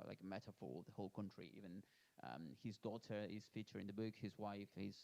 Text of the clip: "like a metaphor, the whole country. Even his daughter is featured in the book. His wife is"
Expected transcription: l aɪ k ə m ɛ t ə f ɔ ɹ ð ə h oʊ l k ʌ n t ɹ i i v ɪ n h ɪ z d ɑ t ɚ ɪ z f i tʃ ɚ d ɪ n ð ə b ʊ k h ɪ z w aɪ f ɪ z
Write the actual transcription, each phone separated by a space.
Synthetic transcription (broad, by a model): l aɪ k ə m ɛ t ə f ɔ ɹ ð ə h oʊ l k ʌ n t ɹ i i v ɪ n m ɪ z d ɑ t ɚ ɪ z f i tʃ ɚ ɪ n ð ə b ʊ k h ɪ z w aɪ f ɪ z